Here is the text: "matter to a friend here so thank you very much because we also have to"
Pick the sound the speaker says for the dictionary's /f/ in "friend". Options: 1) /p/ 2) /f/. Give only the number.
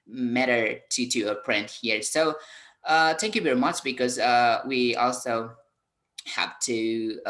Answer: 1